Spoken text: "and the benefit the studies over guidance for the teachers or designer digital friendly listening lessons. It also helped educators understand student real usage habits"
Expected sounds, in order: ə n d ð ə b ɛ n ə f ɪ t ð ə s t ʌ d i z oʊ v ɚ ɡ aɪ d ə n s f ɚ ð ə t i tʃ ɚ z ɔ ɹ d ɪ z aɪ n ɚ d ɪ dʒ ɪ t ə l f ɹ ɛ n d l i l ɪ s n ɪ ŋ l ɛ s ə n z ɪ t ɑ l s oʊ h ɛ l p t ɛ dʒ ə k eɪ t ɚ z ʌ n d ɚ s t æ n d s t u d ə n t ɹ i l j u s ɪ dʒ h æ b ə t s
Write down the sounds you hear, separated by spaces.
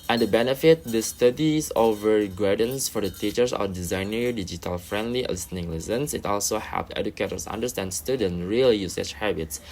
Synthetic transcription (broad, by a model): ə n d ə b ɛ n ə f ɪ t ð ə s t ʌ d i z oʊ v ɚ ɡ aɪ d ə n s f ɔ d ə t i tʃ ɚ s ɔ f d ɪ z aɪ n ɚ d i dʒ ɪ t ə l f ɹ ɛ n d l i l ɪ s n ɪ ŋ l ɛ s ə n s ɪ t ɑ l s oʊ h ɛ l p ɛ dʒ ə k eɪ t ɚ s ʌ n d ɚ s t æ n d s t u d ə n ɹ i l j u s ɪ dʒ h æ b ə t s